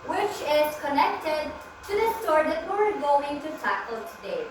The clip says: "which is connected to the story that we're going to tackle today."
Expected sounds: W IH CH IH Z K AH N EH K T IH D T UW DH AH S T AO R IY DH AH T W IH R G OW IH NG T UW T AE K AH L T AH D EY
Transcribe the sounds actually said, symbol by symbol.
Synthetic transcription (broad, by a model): W IH CH IH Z K AH N EH K T IH D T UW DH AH S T AO R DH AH T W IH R G OW IH NG T UW S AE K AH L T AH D EY